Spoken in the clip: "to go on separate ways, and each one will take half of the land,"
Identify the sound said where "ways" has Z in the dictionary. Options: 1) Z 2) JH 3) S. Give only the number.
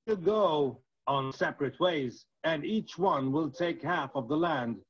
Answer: 1